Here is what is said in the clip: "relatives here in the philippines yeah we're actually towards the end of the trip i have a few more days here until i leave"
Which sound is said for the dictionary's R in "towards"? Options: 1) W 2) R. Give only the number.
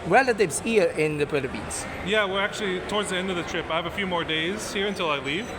2